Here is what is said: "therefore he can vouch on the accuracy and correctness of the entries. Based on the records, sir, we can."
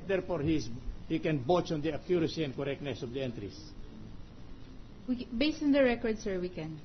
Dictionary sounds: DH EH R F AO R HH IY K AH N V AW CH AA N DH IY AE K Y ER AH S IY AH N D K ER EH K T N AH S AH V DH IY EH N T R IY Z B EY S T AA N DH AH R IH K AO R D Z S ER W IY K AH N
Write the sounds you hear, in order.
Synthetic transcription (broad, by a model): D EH R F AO R HH IY K AH N B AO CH AA N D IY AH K Y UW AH S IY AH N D K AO EH K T N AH S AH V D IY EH N T R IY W B EY S T AA N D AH R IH K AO R D S ER W IY K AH N